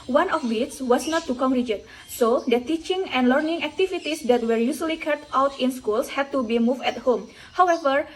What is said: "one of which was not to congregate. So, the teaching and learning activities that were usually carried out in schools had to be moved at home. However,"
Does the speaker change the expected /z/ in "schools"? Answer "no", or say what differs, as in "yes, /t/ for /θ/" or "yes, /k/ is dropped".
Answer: yes, /s/ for /z/